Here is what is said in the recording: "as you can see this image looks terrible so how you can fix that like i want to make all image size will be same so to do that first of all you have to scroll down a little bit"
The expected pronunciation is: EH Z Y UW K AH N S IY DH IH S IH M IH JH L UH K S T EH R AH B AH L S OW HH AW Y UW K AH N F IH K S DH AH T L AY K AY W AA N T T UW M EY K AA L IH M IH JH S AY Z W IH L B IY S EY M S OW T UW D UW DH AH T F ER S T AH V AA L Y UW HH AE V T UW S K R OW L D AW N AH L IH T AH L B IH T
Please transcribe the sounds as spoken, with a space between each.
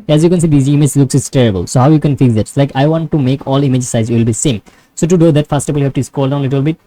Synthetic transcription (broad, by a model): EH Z Y UW K AH N S IY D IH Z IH M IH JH L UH K S T EH R AH B AH L S OW HH AW Y UW K AH N F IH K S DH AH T L AY K AY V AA N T T UW M EY K AA L IH M IH JH S AY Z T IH L B IY S EY M S OW T UW D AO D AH T F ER S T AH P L Y UW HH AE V T UW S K OW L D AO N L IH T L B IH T